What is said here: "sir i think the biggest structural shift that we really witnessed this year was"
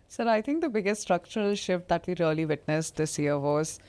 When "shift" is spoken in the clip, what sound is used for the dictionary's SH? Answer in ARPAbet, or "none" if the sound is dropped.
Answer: SH